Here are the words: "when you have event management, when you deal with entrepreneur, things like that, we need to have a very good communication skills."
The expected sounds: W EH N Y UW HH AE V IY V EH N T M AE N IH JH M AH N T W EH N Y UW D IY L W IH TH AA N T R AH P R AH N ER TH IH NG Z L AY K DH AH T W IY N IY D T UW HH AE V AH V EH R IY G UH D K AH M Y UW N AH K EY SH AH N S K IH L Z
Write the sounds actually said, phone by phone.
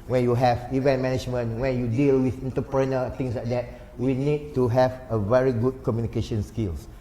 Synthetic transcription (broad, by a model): W EH N Y UW HH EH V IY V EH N M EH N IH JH M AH N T W EH N Y UW D IY L W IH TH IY N T AH P R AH N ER T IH NG S L AY K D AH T W IY N IY D T UW HH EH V AH V EH R IY G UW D K AH M Y UW N AH K EY SH AH N S K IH L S